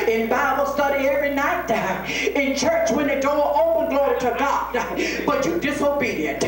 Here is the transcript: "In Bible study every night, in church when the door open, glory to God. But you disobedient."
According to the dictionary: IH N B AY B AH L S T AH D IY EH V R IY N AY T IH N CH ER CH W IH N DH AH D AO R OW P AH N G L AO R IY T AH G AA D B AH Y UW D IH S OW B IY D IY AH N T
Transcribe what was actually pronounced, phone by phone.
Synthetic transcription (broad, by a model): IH N B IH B L S T AH D IY EH V R IY N AY T IH N CH ER CH W IH N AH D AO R OW P AH N G L AO R IY T AH G AA D B AH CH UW D IH S OW B IY D IY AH N T